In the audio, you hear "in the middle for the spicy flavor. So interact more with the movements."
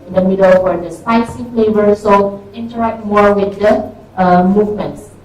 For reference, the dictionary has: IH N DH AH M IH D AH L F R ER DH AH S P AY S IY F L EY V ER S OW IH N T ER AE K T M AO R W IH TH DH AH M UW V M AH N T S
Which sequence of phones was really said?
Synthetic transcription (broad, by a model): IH N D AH M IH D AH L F W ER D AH S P AY S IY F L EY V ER S OW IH N T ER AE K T M AO R W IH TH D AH M UW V M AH N T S